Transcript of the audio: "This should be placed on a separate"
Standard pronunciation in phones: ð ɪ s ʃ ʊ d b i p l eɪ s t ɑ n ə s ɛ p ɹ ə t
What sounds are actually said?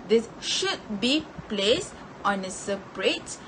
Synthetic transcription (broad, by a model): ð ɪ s ʃ ʊ d b i p l eɪ s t ɑ n ə s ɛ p ɹ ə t